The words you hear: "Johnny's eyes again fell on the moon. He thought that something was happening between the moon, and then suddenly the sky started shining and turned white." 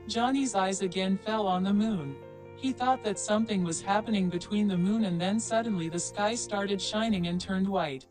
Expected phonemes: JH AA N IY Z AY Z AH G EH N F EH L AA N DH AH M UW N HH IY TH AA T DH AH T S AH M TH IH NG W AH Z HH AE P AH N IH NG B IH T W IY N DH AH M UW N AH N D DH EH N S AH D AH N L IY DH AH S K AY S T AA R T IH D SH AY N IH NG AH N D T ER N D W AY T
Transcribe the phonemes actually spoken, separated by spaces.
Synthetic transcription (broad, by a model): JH AA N IY Z AY Z AH G EH N F EH L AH N DH AH M UW N HH IY TH AA T DH AH T S AH M TH IH NG W AH Z HH AE P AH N IH NG B IH T W IY N DH AH M UW N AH N DH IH N S AH D N L IY DH AH S K AY S T AA R T IH D SH AY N IH NG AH N T ER N D W AY T